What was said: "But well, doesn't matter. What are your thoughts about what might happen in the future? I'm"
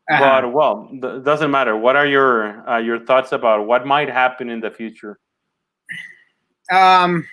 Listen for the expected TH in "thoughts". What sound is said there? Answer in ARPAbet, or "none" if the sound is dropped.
TH